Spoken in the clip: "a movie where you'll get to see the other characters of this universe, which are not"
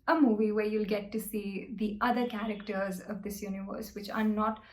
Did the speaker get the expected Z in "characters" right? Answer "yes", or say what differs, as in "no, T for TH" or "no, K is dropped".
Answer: yes